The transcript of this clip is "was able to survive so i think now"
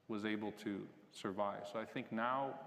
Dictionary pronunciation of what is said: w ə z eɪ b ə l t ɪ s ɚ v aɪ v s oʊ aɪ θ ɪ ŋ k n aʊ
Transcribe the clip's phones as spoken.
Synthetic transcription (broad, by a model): w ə z eɪ b l t ɪ s ɚ v aɪ v s oʊ aɪ θ ɪ ŋ k n aʊ